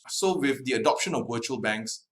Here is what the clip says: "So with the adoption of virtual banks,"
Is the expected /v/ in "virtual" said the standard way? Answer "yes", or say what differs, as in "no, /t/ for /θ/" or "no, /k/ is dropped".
no, /w/ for /v/